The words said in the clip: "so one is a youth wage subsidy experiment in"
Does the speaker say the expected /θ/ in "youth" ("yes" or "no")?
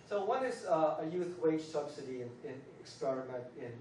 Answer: yes